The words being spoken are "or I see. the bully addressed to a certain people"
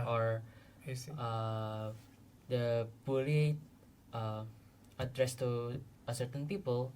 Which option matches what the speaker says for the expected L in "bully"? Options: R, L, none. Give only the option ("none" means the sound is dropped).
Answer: none